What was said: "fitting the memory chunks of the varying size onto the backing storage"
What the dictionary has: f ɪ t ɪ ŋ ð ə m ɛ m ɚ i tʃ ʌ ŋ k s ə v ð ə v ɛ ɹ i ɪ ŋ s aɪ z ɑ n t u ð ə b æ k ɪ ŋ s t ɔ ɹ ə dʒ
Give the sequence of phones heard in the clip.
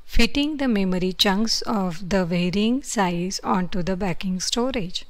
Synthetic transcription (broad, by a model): f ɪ t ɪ ŋ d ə m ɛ m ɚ i tʃ ʌ ŋ k s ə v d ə v ɛ ɹ i ɪ ŋ s aɪ z ɑ n t u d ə b æ k ɪ ŋ s t ɔ ɹ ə dʒ